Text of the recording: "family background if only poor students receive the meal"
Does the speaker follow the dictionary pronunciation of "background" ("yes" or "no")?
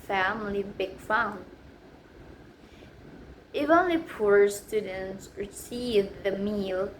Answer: no